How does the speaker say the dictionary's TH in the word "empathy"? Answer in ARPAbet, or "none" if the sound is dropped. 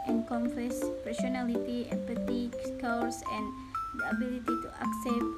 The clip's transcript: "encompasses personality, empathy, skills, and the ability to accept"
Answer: T